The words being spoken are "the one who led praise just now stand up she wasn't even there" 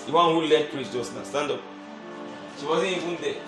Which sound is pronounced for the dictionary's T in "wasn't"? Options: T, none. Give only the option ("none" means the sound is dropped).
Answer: none